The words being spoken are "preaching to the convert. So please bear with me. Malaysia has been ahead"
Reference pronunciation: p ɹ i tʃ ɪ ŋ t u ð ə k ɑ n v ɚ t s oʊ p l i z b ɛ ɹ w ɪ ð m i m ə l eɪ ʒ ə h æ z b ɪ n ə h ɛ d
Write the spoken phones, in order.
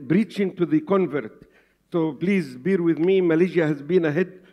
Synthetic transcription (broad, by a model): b ɹ i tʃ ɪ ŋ t u ð ə k ɑ n v ɚ t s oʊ p l i z b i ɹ w ɪ ð m i m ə l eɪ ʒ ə h æ z b ɪ n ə h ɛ d